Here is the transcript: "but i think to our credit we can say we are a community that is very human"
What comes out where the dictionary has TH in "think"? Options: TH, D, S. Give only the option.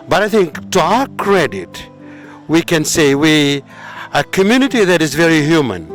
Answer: TH